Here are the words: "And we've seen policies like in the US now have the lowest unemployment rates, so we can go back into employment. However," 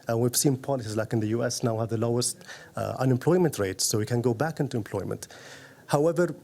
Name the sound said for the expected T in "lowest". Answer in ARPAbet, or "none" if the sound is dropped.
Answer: T